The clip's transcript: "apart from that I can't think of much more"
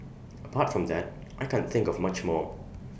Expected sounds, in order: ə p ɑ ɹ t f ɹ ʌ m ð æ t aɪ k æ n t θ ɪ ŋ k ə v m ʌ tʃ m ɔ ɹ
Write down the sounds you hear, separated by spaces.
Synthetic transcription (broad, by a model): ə p ɑ t f ɹ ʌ m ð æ t aɪ k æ n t θ ɪ ŋ k ə v m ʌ tʃ m ɔ